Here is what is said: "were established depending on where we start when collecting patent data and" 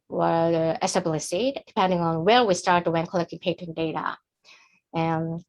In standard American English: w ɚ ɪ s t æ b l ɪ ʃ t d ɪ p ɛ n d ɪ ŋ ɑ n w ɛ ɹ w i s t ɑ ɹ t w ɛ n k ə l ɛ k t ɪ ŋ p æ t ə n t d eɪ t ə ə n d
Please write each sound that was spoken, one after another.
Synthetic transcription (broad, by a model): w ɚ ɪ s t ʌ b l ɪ s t d ɪ p ɛ n d ɪ ŋ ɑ n w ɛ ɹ w i s t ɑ ɹ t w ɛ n k ə l ɛ k t ɪ ŋ p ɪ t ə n d eɪ t ə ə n